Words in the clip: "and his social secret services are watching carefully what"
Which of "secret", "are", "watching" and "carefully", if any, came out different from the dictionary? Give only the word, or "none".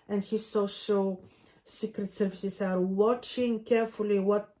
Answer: none